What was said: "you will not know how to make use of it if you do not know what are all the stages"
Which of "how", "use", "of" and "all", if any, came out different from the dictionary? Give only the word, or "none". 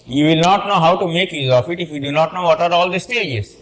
of